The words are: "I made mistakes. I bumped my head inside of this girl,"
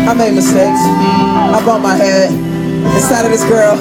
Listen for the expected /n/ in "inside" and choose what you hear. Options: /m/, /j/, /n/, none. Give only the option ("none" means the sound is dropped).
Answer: none